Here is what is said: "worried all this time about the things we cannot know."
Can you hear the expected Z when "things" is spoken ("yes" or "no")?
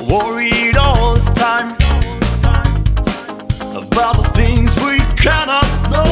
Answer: yes